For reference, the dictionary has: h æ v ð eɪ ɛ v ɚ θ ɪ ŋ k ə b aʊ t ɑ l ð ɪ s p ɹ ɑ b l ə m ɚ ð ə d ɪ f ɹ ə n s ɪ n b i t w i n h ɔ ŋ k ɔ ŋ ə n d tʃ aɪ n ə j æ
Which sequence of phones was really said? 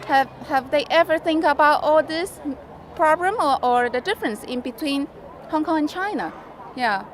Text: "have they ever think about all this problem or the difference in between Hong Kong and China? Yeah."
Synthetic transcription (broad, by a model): h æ v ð eɪ ɛ v ɚ θ ɪ ŋ k ə b aʊ t ɑ l ð ɪ s p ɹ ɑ b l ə m ɚ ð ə d ɪ f ɹ ə n s ɪ n b i t w i n h ɔ ŋ k ɔ ŋ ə n tʃ aɪ n ə j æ